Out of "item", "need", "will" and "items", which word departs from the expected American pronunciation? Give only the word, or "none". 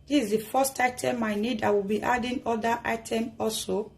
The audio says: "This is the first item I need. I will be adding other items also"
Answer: items